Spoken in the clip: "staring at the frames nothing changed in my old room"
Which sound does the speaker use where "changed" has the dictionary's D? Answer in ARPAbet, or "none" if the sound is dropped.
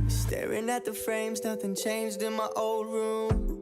D